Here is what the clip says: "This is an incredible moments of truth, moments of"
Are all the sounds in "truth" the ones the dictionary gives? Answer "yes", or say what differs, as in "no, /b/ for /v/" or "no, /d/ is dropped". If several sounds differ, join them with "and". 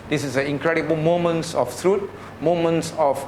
no, /t/ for /θ/